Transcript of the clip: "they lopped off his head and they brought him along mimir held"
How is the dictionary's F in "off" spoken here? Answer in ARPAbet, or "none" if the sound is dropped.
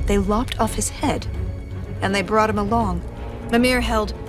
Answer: F